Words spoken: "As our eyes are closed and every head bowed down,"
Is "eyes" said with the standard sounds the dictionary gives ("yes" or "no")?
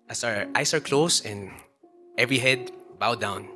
no